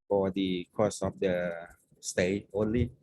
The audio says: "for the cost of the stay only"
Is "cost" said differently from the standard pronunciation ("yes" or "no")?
yes